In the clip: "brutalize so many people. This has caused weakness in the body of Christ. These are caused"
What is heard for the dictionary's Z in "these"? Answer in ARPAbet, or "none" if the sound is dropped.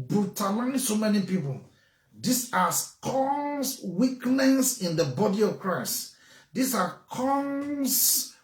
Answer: S